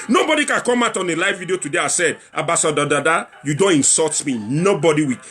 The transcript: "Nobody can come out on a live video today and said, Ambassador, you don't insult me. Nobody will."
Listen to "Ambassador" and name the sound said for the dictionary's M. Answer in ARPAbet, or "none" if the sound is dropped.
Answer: none